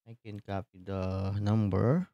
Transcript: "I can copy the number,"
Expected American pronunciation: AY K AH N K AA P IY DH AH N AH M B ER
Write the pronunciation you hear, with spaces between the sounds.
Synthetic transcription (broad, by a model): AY K AH N K AA P IY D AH N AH M B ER